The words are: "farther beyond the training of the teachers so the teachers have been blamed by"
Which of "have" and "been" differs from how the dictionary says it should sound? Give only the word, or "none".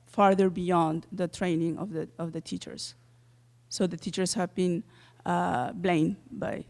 none